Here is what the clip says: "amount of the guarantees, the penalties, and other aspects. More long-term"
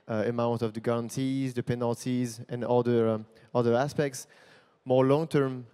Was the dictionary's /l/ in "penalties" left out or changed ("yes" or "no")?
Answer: no